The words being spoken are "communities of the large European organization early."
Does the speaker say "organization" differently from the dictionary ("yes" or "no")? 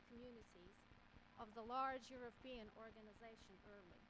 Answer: no